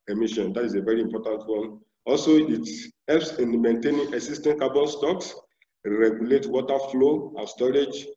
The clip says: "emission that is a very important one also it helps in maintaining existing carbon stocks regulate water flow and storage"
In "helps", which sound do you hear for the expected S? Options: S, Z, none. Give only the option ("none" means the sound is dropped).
S